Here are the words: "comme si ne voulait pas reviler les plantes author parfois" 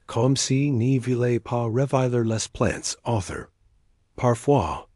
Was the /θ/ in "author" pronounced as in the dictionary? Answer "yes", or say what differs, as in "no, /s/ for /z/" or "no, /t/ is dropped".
yes